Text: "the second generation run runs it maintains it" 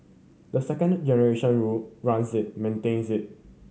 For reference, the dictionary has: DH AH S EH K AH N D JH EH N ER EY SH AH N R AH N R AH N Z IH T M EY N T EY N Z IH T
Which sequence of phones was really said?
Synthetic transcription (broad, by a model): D AH S EH K AH N D JH EH N ER EY SH AH N R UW L R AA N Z IH T M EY N T EY N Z IH T